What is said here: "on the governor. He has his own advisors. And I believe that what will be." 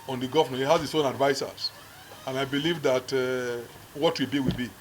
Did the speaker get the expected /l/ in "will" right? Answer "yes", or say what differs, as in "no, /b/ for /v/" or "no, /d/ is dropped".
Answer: no, /w/ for /l/